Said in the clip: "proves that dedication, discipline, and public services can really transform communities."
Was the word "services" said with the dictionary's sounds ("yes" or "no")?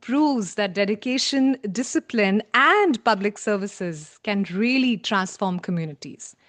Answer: yes